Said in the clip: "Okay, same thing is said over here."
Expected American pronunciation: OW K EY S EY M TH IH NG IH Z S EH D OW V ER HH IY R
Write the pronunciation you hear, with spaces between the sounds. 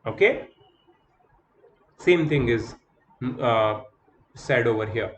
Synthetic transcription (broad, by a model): OW K EY S EY M T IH NG IH Z S EH D OW V ER HH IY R